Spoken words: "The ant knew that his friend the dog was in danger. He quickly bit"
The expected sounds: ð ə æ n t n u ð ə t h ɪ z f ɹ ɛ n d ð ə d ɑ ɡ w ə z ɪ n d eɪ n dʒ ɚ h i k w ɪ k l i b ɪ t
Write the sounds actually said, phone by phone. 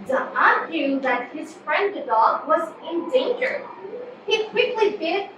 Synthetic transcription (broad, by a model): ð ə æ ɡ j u ð ə t h ɪ z f ɹ ɛ n d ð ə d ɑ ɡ w ə z ɪ n d eɪ n dʒ ɚ h i k w ɪ k l i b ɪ